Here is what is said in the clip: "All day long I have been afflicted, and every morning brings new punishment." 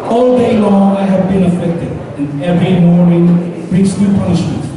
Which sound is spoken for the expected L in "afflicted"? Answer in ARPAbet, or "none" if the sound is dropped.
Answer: none